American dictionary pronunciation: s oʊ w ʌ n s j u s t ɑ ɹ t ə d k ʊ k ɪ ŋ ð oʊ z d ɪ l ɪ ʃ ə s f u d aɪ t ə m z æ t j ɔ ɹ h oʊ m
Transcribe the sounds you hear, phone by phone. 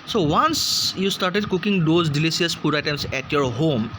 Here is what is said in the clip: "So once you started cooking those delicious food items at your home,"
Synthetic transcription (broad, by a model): s oʊ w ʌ n s j u s t ɑ ɹ t ə d k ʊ k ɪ ŋ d oʊ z d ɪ l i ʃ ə s p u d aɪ t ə m s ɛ t j ɔ ɹ h oʊ m